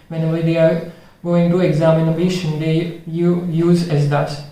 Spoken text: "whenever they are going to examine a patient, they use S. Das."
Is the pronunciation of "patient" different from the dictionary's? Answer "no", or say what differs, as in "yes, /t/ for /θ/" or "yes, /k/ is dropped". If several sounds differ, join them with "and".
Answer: yes, /b/ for /p/